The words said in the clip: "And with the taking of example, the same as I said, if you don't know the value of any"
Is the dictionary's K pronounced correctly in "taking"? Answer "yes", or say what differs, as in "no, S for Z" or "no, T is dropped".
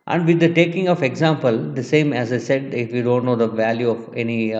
yes